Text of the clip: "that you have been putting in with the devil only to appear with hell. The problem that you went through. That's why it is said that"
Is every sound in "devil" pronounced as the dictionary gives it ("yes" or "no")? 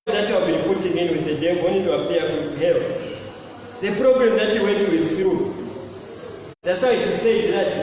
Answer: no